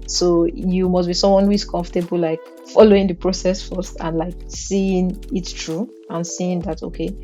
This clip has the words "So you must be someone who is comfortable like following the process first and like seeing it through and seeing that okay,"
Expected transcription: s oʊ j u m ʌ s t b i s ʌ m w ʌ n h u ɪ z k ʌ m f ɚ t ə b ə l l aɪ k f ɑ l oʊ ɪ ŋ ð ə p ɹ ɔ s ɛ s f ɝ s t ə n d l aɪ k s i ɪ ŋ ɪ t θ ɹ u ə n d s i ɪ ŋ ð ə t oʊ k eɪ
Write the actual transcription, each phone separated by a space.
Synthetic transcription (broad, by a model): s oʊ j u m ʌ s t b i s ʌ m w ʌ n h u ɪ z k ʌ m f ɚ t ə b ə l l aɪ k f ɑ l oʊ ɪ ŋ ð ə p ɹ ɔ s ɛ s f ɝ s t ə n l aɪ k s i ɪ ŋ ɪ t t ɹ u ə n s i ɪ ŋ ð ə t oʊ k eɪ